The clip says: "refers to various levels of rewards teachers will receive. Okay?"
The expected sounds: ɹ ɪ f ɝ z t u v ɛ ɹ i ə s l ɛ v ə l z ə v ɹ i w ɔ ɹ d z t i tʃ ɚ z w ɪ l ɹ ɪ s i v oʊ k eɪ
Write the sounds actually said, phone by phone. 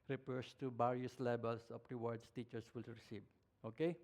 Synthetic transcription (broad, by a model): ɹ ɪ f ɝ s t u b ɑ ɹ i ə s l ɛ b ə l s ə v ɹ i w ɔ ɹ d s t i tʃ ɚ s w ɪ l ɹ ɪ s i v oʊ k eɪ